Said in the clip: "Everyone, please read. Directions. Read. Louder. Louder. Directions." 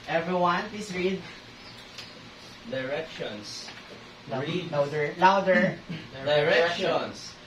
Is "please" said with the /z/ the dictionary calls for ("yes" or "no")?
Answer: no